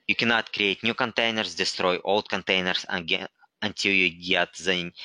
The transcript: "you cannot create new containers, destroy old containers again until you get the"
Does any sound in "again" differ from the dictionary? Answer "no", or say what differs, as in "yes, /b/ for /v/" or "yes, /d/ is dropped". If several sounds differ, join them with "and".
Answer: yes, /n/ is dropped